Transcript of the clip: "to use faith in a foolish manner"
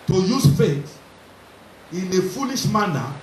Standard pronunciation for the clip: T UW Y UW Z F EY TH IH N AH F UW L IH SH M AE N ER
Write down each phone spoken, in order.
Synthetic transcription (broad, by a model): T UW Y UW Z F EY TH IH N AH F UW N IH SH M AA N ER